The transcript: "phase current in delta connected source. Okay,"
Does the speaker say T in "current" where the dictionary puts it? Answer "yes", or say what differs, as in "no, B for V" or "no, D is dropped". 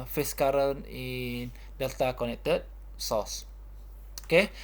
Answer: no, T is dropped